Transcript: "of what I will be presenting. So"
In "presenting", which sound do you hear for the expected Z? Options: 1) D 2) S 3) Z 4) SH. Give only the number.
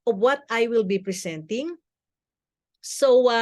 2